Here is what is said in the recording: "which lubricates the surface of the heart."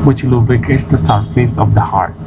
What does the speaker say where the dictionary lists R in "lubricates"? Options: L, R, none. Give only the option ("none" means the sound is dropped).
none